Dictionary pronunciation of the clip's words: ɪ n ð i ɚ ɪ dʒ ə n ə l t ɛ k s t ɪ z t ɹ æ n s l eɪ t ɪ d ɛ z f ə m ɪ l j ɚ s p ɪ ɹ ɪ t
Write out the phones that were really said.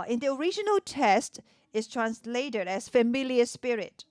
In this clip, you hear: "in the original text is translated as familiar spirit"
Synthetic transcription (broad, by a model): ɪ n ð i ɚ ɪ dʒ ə n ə l t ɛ s t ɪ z t ɹ æ n s l eɪ t ɪ d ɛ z f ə m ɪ l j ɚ s p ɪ ɹ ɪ t